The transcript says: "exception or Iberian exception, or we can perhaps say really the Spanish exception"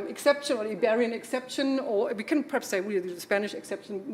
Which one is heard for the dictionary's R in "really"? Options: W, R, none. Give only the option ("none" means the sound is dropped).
W